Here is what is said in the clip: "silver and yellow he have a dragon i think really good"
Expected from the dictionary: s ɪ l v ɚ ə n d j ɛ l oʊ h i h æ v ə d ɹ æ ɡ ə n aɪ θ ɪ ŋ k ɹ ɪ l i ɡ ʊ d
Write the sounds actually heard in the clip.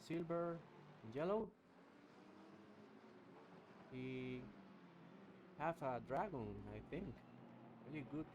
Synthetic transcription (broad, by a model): s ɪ l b ɚ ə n j ɛ l oʊ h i h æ f ə d ɹ æ ɡ ə n aɪ θ ɪ ŋ k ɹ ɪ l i ɡ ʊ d